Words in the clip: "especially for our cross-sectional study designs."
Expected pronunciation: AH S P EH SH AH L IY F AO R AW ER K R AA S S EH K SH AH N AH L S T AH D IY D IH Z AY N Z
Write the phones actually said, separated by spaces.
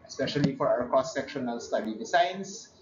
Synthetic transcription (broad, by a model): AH S P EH SH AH L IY F AO R AW ER K AA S S EH K SH AH N AH L S T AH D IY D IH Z AY N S